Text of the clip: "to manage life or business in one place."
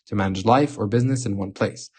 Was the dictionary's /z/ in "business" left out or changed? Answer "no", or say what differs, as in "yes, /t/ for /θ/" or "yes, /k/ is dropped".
no